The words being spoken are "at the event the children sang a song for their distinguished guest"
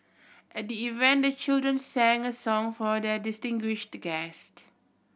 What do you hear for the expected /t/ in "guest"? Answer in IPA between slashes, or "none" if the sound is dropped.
/t/